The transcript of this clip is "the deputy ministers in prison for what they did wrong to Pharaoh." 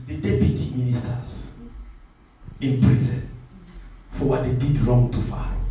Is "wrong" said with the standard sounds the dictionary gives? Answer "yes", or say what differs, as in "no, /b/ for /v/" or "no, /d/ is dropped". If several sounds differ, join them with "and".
no, /l/ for /ɹ/